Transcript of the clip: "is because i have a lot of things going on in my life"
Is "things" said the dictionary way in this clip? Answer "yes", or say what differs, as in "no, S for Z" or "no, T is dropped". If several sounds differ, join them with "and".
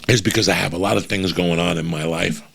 yes